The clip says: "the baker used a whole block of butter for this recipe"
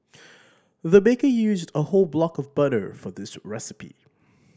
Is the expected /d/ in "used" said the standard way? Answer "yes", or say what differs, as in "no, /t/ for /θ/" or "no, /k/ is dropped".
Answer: yes